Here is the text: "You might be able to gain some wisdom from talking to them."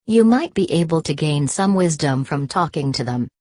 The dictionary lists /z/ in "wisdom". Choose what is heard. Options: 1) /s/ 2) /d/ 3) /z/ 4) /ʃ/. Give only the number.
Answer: 3